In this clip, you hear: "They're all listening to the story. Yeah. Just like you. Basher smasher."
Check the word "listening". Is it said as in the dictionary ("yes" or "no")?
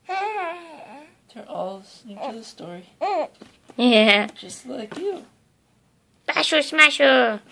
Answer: no